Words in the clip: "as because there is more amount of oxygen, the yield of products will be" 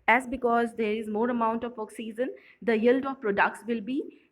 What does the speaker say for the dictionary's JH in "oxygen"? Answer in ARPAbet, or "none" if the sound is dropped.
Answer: Z